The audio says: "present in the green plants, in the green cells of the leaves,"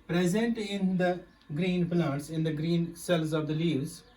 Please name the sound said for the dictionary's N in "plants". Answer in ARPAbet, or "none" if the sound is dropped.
none